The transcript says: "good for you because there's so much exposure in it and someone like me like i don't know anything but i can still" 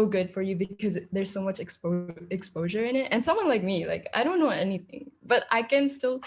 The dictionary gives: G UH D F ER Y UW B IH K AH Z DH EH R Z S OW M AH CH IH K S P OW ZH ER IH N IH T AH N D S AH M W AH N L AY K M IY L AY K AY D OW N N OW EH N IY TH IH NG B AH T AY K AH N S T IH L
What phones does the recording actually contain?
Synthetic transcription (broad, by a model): G UH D F ER Y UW B IH K AH Z DH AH R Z S OW M AH CH IH K S P OW ZH ER IH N IH T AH N S AH M W AH N L AY K M IY L AY K AY D OW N N OW EH N IY TH IH NG B AH T AY K AH N S T IH L